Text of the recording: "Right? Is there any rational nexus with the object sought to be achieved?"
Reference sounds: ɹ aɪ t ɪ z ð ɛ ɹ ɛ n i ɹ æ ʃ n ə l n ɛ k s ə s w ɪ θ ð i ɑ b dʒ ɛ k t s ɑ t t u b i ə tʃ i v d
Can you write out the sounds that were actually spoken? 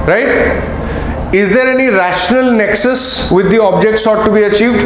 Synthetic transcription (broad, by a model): ɹ aɪ t ɪ z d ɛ ɹ ɛ n i ɹ æ ʃ n ə l n ɛ k s ə s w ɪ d i ɑ b dʒ ɛ k t s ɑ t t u b i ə tʃ i v d